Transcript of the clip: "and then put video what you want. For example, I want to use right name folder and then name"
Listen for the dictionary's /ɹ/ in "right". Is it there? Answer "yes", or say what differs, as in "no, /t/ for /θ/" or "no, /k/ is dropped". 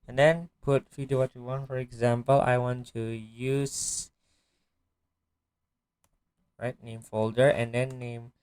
yes